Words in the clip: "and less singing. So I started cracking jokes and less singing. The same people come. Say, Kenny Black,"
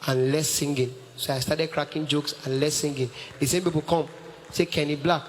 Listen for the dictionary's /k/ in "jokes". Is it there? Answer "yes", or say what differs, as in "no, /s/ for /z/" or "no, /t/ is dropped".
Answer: yes